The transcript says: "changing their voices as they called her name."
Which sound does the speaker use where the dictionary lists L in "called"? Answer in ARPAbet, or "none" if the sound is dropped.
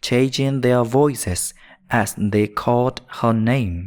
L